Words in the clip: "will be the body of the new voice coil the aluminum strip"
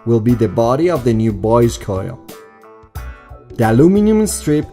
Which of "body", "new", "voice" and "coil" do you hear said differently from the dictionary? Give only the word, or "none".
voice